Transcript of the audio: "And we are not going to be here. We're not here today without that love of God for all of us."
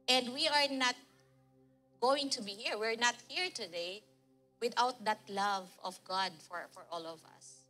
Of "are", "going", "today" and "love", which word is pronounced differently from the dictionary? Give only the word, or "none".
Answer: none